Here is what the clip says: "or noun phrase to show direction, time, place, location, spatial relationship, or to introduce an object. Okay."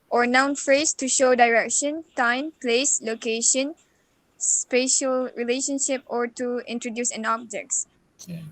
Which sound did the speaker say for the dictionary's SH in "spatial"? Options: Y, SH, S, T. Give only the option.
SH